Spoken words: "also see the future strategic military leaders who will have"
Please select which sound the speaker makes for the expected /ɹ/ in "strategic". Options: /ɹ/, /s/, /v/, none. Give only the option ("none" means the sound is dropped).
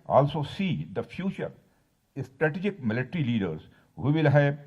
/ɹ/